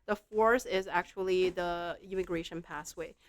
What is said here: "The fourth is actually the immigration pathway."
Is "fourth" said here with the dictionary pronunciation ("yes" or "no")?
no